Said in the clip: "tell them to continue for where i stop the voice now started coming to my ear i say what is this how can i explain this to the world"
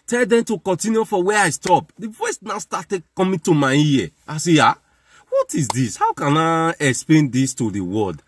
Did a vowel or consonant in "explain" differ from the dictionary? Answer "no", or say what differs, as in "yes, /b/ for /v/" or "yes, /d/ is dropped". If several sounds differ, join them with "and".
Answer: no